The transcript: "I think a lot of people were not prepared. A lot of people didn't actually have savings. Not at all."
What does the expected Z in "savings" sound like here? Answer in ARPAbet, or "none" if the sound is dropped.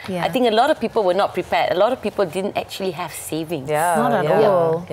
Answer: none